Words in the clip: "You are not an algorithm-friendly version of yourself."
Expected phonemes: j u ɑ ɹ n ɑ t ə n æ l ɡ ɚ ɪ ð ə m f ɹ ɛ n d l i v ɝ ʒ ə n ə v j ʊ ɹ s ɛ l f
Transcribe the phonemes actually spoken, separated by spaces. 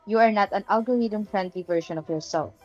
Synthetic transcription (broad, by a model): j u ɑ ɹ n ɑ t ə n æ l ɡ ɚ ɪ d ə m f ɹ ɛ n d l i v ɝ ʃ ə n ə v j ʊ ɹ s ɛ l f